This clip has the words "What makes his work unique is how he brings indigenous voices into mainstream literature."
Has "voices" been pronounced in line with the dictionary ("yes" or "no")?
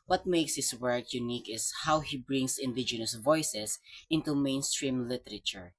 no